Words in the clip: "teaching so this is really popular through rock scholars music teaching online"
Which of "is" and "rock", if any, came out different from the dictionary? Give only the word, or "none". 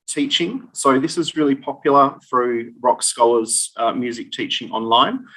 none